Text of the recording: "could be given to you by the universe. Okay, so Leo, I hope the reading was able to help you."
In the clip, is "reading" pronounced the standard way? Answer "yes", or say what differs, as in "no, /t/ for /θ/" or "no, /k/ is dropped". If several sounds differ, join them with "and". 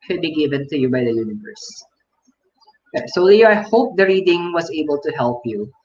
yes